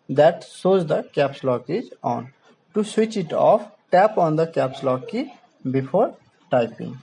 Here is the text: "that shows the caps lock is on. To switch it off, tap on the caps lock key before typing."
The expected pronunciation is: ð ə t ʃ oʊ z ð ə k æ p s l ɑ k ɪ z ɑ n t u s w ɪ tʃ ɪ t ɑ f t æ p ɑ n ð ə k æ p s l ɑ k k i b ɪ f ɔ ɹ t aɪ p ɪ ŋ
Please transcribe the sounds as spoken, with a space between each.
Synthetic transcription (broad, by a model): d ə t s oʊ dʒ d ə k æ p s l ɑ k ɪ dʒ ɑ n t u s w ɪ tʃ ɪ t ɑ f t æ p ɑ n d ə k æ p s l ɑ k k i b ɪ f ɔ ɹ t aɪ p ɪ ŋ